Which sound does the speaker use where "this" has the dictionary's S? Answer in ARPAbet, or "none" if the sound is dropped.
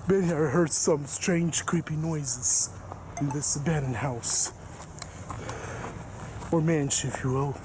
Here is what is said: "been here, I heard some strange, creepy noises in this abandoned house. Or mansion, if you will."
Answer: S